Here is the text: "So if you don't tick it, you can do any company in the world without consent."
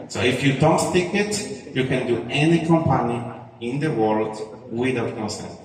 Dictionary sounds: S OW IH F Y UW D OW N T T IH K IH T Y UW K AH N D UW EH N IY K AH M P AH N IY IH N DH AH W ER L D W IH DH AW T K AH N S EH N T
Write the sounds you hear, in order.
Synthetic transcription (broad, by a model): S OW IH F Y UW D OW N T T IH K IH T Y UW K AH N D UW EH N IY K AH M P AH N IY IH N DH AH W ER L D W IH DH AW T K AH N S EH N